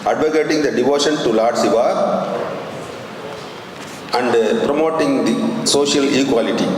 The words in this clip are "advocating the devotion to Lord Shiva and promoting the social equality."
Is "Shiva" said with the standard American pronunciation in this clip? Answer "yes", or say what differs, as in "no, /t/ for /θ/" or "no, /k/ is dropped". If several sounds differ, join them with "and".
no, /s/ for /ʃ/